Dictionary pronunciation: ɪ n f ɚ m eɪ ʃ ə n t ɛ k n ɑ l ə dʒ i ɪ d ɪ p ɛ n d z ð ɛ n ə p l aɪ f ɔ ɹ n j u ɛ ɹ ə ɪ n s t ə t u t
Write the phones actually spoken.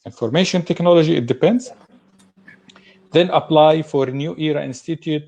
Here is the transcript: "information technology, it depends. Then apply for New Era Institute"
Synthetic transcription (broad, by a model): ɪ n f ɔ m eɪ ʃ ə n t ɛ k n ɑ l ə dʒ i ɪ d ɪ p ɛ n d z ð ɛ n ə p l aɪ f ɔ ɹ n j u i ɹ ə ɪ n s t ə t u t